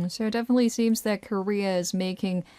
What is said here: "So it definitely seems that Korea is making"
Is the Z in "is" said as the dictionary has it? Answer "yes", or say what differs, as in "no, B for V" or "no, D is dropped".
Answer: yes